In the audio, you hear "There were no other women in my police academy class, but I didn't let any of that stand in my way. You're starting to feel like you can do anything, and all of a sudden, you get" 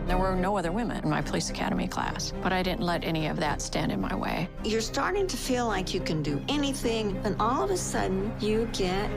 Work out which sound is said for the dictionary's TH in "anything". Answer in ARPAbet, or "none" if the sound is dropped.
TH